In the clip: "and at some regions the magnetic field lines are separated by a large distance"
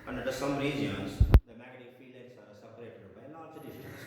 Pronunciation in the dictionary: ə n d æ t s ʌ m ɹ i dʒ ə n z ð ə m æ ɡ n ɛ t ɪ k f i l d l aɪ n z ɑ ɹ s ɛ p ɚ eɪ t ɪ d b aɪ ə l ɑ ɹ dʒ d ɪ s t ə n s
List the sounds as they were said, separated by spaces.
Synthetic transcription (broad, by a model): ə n d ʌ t s ʌ m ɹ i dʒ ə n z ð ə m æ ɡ ɛ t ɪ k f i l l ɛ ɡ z ɑ ɹ s ɛ p ɚ eɪ t ɪ d b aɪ ə l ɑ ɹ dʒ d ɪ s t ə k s